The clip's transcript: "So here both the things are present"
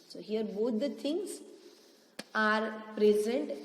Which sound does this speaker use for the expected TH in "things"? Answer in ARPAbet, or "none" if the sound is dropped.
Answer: T